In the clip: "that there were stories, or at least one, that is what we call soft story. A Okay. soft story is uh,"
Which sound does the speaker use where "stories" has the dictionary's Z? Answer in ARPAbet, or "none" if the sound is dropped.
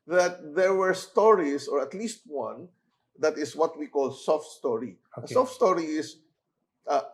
S